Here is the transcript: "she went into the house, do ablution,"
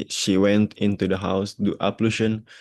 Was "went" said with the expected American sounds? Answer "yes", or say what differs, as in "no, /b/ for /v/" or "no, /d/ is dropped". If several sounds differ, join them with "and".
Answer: yes